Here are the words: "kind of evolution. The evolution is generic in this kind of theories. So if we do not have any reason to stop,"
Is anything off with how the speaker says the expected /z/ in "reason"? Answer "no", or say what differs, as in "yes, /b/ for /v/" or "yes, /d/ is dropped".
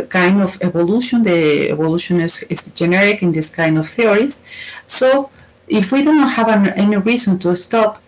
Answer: yes, /s/ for /z/